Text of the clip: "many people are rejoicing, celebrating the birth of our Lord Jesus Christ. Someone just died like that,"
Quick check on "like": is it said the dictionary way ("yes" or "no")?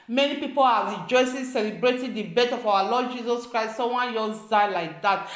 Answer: yes